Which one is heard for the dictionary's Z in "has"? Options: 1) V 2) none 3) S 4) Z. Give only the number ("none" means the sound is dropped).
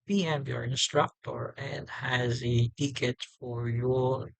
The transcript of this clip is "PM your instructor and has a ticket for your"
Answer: 4